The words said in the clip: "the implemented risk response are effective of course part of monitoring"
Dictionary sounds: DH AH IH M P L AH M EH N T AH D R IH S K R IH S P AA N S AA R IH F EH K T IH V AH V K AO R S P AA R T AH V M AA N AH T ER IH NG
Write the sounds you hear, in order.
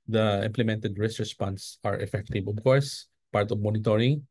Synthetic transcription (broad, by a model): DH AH IH M P L AH M EH N T AH D R IH S K R IH S P AA N S AA R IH F EH K T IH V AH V K AO R S P AA R T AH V M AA N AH T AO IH NG